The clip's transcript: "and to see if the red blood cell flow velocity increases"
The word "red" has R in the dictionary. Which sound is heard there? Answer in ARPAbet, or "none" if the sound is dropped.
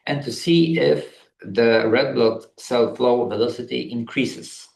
R